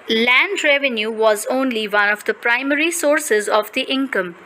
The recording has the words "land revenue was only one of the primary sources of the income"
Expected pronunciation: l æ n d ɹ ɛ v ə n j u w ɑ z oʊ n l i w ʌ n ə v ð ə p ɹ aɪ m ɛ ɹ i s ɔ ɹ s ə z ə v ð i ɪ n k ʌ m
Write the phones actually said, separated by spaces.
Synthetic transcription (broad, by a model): l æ n d ɹ ɛ v ə n j u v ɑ z oʊ n l i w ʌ n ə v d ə p ɹ aɪ m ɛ ɹ i s ɔ ɹ s ə z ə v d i ɪ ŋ k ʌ m